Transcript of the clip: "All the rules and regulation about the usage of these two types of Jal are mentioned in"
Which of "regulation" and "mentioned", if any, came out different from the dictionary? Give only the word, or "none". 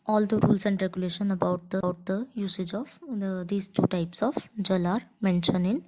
mentioned